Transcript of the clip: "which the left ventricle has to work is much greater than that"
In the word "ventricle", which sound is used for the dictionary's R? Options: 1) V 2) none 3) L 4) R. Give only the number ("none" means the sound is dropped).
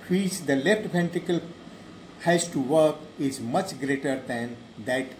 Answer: 2